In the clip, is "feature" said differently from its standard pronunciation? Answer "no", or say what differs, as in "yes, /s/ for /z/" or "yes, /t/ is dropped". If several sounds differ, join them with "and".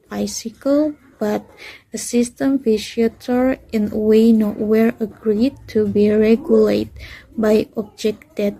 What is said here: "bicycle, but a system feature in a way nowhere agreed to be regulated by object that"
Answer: yes, /ʃ/ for /tʃ/